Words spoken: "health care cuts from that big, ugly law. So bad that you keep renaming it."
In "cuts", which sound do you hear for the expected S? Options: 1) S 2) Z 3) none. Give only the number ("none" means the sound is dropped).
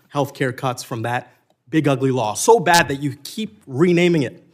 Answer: 1